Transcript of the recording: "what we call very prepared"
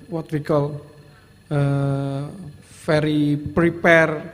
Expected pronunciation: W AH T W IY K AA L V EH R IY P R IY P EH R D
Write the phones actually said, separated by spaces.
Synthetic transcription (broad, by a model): W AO T W IY K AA L F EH R IY P R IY P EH R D